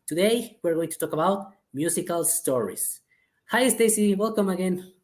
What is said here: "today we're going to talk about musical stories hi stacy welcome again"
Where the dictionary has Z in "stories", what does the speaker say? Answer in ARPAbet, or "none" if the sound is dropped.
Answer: S